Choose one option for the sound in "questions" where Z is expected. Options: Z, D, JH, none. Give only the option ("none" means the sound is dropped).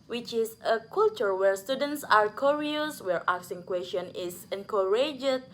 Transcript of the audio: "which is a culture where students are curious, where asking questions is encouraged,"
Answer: none